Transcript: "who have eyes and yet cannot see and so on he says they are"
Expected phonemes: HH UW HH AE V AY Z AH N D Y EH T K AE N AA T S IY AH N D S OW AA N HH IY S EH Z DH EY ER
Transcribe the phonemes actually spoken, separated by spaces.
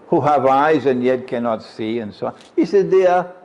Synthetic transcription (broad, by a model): HH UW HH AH V AY Z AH N Y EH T K AE N AA T S IY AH N S OW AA N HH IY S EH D DH EY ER